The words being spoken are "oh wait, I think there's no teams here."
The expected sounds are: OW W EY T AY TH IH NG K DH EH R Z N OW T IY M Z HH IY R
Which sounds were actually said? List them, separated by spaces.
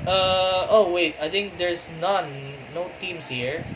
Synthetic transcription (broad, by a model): OW W EY T AY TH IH NG K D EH R S N OW T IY M S HH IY R